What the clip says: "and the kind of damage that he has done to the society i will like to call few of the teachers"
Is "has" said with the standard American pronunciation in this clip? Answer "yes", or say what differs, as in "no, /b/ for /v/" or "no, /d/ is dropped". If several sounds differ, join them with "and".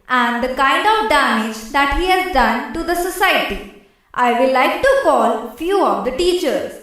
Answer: yes